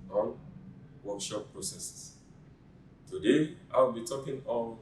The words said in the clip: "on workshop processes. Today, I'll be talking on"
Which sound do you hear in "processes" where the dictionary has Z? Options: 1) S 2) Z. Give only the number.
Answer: 1